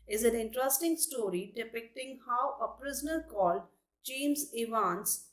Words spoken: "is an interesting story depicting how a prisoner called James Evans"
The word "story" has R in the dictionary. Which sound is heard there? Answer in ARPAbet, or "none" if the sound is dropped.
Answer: R